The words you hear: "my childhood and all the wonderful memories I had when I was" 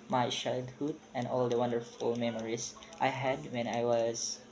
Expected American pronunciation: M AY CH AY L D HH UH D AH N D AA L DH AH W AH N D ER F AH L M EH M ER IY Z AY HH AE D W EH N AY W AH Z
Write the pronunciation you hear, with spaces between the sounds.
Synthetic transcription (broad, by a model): M AY SH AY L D HH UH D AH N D AA L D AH W AH N D ER F AH L M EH M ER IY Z AY HH AE D W EH N AY W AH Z